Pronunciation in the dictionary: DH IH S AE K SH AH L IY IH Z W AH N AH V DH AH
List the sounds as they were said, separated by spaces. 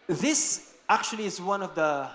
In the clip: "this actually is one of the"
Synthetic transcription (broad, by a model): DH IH S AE K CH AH L IY IH Z W AH N AH V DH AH